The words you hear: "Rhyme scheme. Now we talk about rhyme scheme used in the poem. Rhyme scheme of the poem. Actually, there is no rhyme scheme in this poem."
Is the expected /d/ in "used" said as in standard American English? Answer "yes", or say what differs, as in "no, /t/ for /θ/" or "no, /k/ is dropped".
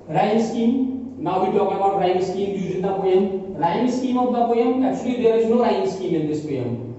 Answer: no, /d/ is dropped